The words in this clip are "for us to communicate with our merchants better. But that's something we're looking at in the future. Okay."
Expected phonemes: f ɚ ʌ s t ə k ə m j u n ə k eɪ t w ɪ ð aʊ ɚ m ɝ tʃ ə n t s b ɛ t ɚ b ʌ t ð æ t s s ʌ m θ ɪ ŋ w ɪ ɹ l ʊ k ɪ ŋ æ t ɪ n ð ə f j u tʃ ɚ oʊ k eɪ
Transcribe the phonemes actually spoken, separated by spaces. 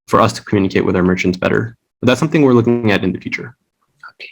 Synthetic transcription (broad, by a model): f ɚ ʌ s t ə k m j u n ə k eɪ t w ɪ ð aʊ ɚ m ɝ tʃ ə n t s b ɛ t ɚ b ʌ t ð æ t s s ʌ m θ ɪ ŋ w ɪ ɹ l ʊ k ɪ ŋ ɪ t ɪ n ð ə f j u tʃ ɚ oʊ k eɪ